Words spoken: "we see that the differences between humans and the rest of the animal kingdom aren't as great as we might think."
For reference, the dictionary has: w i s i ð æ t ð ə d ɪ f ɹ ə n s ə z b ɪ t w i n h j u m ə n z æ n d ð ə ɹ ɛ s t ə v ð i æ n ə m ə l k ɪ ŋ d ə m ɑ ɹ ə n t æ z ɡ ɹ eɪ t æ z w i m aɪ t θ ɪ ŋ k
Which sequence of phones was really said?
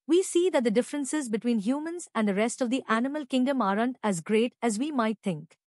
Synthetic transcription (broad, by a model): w i s i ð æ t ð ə d ɪ f ɹ ə n s ə z b ɪ t w i n h j u m ə n z æ n d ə ɹ ɛ s t ə v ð i æ n ə m ə l k ɪ ŋ d ə m ɑ ɹ ə n t æ z ɡ ɹ eɪ t æ z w i m aɪ t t ɪ ŋ k